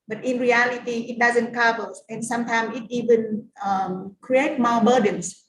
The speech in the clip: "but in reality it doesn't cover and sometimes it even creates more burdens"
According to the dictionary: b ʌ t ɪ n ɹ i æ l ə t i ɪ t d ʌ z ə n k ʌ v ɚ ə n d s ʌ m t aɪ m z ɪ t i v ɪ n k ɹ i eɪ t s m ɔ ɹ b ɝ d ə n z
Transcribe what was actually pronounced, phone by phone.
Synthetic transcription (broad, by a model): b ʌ t ɪ n ɹ i æ l ə t i ɪ t d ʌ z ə n k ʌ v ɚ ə n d s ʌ m t aɪ m ɪ t i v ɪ n k ɹ i eɪ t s m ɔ b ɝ d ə n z